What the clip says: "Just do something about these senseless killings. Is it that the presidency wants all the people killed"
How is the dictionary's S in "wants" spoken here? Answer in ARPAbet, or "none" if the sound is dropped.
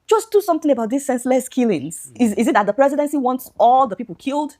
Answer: S